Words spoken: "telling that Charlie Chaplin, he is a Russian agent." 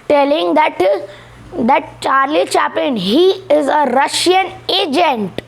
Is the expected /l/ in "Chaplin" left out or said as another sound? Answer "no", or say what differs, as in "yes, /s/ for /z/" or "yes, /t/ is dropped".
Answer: yes, /l/ is dropped